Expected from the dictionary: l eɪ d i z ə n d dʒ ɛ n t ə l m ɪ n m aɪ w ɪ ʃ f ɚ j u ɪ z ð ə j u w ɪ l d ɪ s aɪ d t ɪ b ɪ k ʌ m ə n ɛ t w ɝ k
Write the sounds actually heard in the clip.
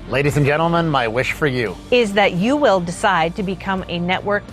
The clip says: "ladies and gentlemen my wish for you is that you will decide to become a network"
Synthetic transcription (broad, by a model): l eɪ d i z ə n dʒ ɛ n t l m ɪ n m aɪ w ɪ ʃ f ɚ j u ɪ z ð ə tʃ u w ɪ l d ɪ s aɪ d t ɪ b ɪ k ʌ m ə n ɛ t w ɝ k